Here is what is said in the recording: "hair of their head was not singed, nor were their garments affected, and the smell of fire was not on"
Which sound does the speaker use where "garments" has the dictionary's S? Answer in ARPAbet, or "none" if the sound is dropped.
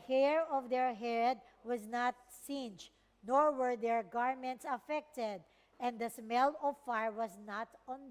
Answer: S